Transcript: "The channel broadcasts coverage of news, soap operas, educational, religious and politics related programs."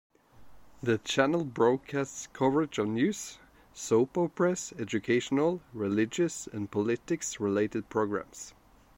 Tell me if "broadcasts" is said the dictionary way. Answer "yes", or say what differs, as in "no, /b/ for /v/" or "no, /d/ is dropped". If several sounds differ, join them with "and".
yes